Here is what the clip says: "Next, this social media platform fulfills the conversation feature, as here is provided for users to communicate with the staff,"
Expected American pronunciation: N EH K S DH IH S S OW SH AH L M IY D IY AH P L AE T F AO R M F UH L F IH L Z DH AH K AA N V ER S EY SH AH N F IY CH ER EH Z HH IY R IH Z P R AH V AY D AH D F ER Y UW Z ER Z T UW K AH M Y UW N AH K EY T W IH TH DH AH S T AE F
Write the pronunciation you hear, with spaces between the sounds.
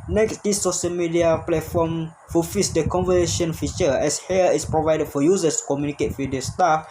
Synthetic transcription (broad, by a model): N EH K S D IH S S OW SH AH L M IY D IY AH P L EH T F AO M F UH F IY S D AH K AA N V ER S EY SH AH N F IY CH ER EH S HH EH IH S P R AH V AY D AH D F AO Y UW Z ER S T UW K AH M Y UW N AH K EY T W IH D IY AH S T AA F